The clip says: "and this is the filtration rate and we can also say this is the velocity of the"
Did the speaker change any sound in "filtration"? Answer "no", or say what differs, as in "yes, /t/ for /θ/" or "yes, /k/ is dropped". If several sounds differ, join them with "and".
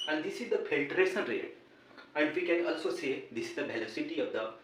yes, /s/ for /ʃ/